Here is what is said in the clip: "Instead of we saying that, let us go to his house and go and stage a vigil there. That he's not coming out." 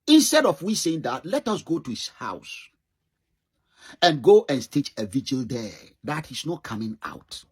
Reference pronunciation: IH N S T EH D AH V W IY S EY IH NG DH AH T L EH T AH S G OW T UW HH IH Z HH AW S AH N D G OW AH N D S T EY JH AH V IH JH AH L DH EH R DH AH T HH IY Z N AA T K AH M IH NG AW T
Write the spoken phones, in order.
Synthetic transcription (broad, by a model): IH N S T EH D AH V W IY S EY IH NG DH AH T L EH T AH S G OW T UW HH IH S HH AW S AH N G OW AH N S T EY CH AH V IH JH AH L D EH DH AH T HH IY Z N AA T K AH M IH NG AW T